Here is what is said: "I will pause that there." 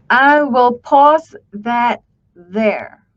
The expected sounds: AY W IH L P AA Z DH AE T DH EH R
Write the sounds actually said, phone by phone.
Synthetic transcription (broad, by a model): AY W IH L P AA Z DH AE T DH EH R